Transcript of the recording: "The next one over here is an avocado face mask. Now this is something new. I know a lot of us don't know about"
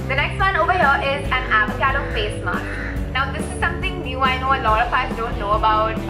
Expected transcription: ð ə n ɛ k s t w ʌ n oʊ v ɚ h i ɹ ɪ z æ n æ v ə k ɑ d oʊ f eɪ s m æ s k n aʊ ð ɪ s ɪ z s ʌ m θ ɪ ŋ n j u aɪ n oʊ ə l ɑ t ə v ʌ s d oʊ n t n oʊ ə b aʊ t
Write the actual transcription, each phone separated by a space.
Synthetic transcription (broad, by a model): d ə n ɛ k s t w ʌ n oʊ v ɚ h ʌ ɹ ɪ z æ n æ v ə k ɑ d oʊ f eɪ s m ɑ k n aʊ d ɪ s ɪ z s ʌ m t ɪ ŋ n j u aɪ n oʊ ə l ɑ t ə f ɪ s d oʊ n t n oʊ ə b aʊ t